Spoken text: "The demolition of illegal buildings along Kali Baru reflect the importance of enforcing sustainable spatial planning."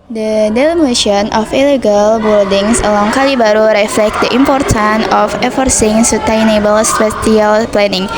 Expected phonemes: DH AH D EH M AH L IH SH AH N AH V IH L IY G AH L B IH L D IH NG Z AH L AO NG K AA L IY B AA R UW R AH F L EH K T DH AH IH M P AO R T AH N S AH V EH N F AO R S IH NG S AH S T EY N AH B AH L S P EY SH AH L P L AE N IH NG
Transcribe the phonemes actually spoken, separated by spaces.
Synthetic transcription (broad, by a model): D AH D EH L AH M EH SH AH N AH F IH L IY G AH L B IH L D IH NG S AH L AO NG K AA L IY B AA R UW R AH F L EH K T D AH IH M P AO R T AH N AH F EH F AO R S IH NG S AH T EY N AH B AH L S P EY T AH L P L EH N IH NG